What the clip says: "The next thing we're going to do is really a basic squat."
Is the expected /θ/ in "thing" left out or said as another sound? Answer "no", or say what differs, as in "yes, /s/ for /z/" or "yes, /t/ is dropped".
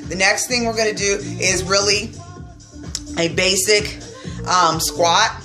no